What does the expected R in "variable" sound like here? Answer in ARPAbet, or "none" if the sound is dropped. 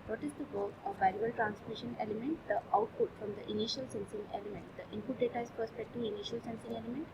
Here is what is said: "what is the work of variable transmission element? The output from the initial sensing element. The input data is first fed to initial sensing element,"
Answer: none